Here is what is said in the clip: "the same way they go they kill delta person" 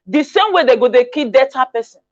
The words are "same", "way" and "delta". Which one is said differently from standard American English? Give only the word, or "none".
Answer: delta